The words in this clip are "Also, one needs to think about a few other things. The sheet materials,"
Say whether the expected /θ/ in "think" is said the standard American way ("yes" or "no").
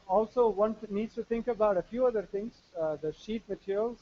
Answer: no